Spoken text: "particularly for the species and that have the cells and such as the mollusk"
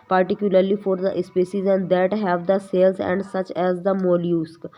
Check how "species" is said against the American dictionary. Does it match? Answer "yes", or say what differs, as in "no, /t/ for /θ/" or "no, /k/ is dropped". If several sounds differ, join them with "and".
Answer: no, /s/ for /ʃ/